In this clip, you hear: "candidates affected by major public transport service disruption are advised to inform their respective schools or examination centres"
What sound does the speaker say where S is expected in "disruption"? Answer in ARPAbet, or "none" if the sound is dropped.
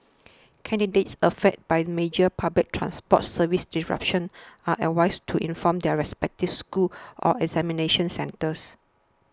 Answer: none